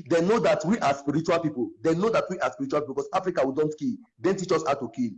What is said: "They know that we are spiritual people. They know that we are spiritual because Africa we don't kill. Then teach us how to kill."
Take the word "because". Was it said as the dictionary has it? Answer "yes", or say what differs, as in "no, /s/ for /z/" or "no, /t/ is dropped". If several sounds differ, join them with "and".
no, /s/ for /z/